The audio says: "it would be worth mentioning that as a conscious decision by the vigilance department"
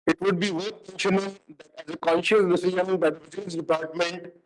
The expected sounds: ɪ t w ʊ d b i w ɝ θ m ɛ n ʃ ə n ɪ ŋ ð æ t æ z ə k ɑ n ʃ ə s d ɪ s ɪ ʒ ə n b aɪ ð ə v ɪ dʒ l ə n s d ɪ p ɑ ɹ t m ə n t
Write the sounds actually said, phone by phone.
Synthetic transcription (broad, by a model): ɪ t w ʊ d b i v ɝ t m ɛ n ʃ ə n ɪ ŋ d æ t æ z ə k ɑ n ʃ ə s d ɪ s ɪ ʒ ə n b aɪ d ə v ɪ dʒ ə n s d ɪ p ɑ ɹ t m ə n t